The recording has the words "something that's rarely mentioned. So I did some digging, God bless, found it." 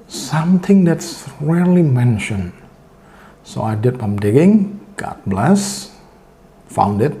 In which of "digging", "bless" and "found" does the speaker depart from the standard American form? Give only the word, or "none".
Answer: none